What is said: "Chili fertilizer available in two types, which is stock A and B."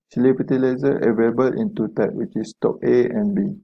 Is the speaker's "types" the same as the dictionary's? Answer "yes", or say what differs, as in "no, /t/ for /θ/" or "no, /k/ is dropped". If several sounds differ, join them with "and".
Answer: no, /s/ is dropped